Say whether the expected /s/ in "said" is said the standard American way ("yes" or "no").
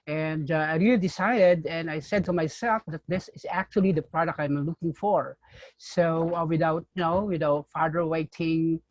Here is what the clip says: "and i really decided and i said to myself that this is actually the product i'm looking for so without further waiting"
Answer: yes